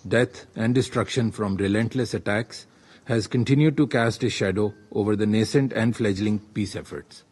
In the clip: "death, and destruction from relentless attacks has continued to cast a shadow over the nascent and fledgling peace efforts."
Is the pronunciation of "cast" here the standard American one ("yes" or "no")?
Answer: yes